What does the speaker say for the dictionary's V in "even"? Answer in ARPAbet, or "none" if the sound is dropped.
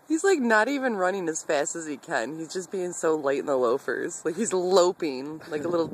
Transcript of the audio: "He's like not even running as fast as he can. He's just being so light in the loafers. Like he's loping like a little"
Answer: V